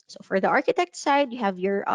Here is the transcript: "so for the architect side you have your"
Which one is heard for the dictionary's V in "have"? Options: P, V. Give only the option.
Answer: V